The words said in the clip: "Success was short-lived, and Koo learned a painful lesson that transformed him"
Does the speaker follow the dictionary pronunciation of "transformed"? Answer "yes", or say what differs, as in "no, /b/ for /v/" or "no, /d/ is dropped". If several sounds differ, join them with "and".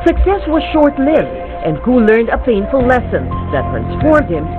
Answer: yes